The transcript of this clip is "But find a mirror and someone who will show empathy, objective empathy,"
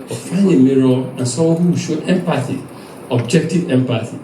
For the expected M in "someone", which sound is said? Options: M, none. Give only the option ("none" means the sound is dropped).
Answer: none